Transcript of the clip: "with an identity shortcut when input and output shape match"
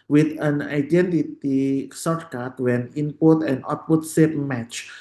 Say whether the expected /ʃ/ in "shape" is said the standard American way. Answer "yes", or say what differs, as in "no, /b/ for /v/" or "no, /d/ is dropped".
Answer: no, /s/ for /ʃ/